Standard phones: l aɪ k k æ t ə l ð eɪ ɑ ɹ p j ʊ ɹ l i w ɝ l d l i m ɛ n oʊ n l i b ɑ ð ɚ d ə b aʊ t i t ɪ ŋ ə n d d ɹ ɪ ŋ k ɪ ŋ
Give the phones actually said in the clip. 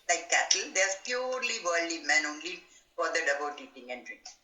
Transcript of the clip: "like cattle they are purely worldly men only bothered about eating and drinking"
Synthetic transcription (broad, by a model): l aɪ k k æ t ə l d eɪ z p j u ɹ l i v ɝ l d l i m ɛ n oʊ n l i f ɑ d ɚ d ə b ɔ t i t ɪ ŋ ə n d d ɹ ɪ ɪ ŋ